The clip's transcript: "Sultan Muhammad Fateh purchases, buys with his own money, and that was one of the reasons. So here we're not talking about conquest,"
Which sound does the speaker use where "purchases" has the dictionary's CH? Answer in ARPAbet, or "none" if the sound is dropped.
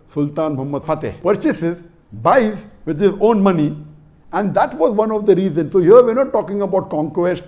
CH